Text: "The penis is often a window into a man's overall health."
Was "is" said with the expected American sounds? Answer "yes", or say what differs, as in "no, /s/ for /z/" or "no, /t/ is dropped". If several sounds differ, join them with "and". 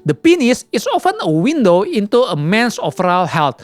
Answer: no, /s/ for /z/